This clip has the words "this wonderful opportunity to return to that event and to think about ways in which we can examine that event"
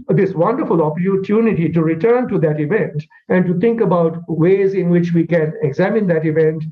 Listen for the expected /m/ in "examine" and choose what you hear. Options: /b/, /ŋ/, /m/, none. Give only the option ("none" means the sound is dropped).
/m/